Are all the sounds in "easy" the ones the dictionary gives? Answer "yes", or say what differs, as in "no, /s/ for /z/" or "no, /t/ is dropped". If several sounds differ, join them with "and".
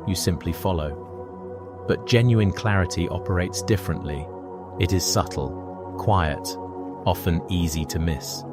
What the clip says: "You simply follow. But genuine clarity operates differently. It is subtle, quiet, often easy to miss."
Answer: yes